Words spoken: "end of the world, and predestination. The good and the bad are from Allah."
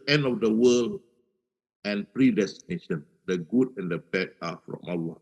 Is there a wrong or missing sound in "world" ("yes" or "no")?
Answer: yes